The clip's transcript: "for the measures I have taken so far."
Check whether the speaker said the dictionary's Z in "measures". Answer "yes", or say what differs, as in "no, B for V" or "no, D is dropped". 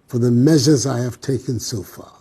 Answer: yes